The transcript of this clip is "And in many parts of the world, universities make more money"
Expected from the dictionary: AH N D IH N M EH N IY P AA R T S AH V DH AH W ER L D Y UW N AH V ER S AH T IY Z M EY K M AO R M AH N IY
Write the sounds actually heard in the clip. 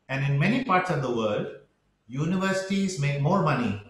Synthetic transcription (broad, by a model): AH N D IH N M EH N IY P AA R T S AH V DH AH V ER L D Y UW N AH V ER S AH T IY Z M EY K M AO R M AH N IY